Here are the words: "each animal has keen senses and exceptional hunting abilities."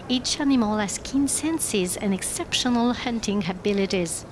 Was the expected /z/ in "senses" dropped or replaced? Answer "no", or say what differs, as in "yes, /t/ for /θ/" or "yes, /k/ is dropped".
no